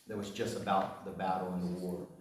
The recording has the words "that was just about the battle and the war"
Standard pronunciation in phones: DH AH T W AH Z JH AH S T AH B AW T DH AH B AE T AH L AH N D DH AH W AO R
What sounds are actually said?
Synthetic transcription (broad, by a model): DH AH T W AH Z JH AH S T AH B AW T DH AH B AE T L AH N DH AH W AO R